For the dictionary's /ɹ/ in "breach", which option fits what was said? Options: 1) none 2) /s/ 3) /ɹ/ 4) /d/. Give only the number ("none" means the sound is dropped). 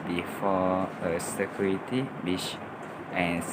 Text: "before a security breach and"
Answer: 1